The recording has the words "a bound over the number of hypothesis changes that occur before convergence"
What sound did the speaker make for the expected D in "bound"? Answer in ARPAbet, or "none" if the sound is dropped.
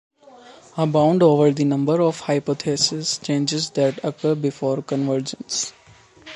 D